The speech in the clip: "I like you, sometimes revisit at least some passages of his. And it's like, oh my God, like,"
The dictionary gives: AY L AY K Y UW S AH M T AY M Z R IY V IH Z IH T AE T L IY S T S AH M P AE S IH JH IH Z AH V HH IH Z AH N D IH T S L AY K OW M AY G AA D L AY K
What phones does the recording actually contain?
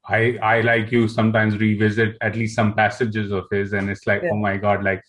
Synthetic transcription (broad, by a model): AY L AY K Y UW S AH M T AY M Z R IY V IH Z IH T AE T L IY S T S AH M P AE S IH JH IH Z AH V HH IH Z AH N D IH T S L AY K OW M AY G AA D L AY K